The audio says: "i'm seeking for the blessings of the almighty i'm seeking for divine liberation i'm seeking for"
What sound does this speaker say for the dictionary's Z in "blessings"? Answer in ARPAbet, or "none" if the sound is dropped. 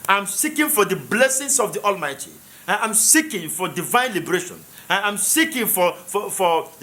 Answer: S